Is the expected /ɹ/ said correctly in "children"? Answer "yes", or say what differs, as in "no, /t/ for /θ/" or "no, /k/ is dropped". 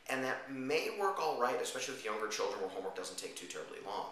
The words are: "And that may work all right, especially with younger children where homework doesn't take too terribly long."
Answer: yes